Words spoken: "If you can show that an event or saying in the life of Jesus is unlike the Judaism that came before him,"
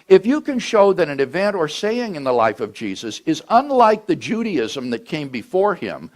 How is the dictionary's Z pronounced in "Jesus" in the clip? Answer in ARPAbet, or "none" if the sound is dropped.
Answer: Z